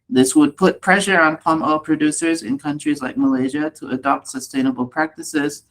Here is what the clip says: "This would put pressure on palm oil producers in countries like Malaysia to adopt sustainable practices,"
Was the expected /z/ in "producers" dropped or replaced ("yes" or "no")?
no